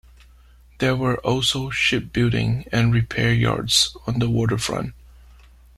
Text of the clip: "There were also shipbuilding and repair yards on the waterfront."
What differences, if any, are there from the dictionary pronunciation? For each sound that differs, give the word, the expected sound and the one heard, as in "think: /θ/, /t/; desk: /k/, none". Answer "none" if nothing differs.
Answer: none